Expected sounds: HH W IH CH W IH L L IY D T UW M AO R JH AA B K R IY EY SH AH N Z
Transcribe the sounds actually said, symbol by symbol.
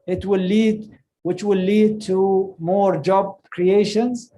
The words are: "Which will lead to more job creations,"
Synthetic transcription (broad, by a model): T W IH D W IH W L IY D T UW M AO R JH AA B K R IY EY SH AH N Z